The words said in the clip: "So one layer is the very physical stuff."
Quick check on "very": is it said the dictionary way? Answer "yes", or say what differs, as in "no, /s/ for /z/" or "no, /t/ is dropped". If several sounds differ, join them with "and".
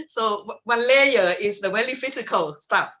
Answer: no, /w/ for /v/ and /l/ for /ɹ/